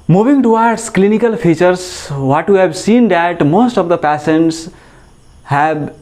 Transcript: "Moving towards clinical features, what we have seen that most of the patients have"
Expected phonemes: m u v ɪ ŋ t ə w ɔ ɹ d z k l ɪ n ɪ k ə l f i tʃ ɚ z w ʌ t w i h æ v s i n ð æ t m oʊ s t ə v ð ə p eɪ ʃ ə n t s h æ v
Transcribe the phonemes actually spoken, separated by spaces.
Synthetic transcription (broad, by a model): m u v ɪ ŋ t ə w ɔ ɹ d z k l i n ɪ k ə l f i tʃ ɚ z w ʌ t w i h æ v s i n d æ t m oʊ s t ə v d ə p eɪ s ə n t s h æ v